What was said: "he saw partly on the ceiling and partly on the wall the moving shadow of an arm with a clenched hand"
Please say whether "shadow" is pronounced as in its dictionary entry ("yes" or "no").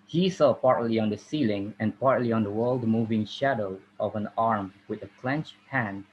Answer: yes